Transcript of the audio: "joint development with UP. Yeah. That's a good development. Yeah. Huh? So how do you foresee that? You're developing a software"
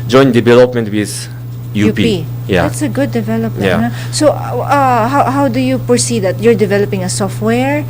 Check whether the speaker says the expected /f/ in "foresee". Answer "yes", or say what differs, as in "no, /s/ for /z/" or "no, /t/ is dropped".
no, /p/ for /f/